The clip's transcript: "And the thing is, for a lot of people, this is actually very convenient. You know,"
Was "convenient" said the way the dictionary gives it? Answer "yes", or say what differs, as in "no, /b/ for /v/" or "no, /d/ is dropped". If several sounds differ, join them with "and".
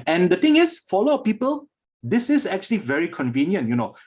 yes